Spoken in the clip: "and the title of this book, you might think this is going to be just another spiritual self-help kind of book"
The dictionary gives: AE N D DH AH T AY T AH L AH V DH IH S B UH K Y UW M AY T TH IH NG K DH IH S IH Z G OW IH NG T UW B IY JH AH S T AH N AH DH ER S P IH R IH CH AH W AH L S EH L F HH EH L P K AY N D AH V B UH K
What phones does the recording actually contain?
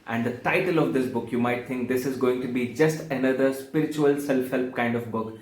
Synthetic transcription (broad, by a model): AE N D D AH T AY T AH L AH V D IH S B UH K Y UW M AY T T IH NG K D IH S IH Z G OW IH NG T UW B IY JH AH S T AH N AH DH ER S P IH R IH CH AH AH L S EH L F HH EH L P K AY N D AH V B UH K